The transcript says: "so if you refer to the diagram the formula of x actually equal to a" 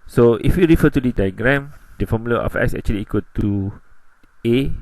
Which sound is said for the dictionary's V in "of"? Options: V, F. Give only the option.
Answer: F